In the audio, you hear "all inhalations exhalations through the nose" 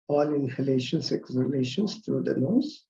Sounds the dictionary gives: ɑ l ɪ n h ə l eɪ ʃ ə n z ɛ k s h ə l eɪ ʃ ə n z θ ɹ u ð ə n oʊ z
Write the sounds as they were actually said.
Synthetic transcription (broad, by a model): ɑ l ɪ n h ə l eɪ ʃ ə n s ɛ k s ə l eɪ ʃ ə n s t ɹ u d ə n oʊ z